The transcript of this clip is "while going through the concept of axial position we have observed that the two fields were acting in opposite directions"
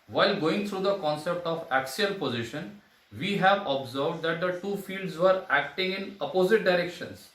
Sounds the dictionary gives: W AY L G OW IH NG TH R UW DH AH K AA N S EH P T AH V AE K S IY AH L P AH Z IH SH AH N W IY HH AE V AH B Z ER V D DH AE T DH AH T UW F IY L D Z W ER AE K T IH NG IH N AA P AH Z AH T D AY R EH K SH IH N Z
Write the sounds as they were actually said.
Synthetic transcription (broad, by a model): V AY L G OW IH NG T R UW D AH K AA N S EH P T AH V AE K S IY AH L P AH Z IH SH AH N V IY HH AE V AH B Z ER V D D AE T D AH T UW F IY L D Z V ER AE K T IH NG IH N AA P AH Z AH T D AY R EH K SH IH N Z